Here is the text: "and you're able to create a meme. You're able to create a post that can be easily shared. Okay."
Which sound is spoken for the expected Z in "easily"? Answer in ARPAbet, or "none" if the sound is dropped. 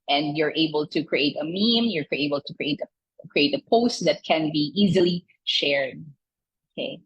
Z